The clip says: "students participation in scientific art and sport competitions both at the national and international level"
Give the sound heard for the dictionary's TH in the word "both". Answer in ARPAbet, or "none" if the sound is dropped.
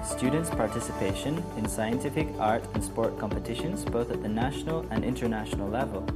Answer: TH